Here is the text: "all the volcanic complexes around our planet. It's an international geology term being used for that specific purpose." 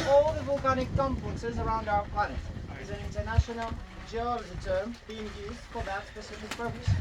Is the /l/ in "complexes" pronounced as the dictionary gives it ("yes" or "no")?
no